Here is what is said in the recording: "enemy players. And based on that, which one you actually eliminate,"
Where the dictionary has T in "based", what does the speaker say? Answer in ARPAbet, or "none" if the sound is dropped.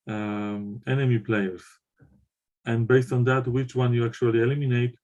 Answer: T